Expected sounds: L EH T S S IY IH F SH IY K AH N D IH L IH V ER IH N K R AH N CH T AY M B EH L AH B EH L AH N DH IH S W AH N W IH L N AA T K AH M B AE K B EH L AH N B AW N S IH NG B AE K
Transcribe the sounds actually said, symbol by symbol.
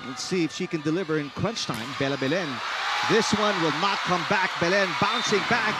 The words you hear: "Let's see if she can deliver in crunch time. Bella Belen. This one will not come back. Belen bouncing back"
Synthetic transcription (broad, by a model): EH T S S IY IH F SH IY K AH N D IH L IH V ER IH N K W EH N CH T AY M B EH L AH B EH L AH N DH IH S W AH N W IH L N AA T K AH M B AE K B EH L AH N B AW N S IH NG B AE K